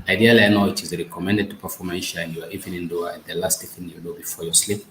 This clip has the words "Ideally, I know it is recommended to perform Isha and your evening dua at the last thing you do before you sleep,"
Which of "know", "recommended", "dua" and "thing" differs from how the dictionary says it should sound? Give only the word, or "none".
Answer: thing